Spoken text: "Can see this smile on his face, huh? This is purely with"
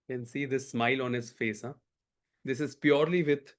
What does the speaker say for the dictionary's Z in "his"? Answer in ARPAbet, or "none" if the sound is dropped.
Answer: S